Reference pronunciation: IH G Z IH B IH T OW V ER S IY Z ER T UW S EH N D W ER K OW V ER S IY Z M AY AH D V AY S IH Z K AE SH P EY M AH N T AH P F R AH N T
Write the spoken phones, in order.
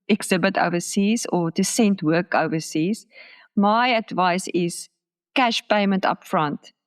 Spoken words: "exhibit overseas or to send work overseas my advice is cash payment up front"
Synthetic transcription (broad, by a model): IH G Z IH B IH T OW V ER S IY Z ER T UW S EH N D W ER K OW V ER S IY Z M AY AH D V AY S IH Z K AE SH P EY M AH N T AH P F R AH N T